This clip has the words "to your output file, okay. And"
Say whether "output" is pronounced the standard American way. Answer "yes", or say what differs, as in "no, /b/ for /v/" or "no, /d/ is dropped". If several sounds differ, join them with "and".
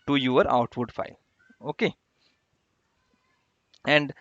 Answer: no, /f/ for /p/